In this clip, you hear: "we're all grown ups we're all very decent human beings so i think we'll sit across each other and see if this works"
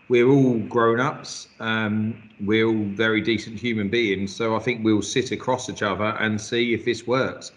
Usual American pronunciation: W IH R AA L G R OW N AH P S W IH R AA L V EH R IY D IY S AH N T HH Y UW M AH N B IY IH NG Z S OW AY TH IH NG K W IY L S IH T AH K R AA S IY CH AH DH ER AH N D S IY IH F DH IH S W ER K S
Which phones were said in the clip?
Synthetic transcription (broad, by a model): W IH R AA L G R OW N AH P S W IH R AA L V EH R IY D IY S AH N T HH Y UW M AH N B IY IH NG Z S OW AY TH IH NG K W IY L S IH T AH K R AA S IY CH AH DH ER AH N S IY IH F DH IH S W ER K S